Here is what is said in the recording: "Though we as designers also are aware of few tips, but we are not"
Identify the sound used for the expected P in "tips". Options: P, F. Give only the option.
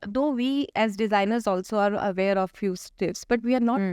F